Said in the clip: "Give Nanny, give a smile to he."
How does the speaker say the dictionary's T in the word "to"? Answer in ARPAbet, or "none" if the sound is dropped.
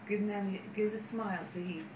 S